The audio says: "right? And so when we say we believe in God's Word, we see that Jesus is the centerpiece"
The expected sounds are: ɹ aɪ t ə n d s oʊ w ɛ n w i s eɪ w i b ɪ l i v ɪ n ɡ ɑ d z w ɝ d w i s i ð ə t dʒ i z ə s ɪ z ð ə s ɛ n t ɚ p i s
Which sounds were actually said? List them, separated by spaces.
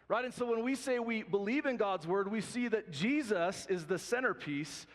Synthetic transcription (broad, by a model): ɹ aɪ t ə n s oʊ w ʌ n w i s eɪ w i b ɪ l i v ɪ n ɡ ɑ d z w ɝ d w i s i ð ə t dʒ i z ə s ɪ z ð ə s ɛ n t ɚ p i s